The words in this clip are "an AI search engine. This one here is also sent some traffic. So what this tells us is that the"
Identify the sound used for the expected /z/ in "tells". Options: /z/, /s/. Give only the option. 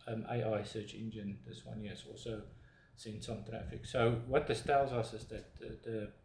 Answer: /z/